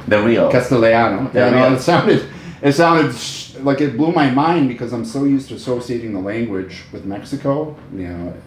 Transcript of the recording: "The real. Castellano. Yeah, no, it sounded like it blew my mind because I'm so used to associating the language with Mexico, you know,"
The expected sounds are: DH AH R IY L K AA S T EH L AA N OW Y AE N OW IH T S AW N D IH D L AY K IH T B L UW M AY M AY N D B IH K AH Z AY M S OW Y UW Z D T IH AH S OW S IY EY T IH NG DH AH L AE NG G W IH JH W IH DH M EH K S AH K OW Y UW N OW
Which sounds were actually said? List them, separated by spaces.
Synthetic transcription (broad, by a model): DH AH W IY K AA S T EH L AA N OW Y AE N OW IH T S AW N D IH D L AY K IH T B L UW M AY M AY N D B IH K AH Z AY M S OW Y UW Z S T IH AH S OW S IY EY T IH NG DH AH L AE NG G W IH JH W IH DH M EH K S AH K OW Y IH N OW